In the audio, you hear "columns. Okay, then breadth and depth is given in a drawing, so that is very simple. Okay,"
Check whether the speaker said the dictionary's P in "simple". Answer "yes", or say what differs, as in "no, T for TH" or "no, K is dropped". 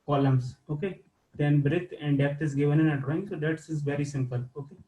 yes